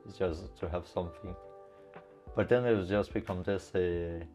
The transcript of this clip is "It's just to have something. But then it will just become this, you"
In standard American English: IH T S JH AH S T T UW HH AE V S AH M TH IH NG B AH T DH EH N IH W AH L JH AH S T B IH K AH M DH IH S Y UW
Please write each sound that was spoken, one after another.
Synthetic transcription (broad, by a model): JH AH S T T UW HH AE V S AH M TH IH NG B AH T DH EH N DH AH W JH AH S T B IH K AH M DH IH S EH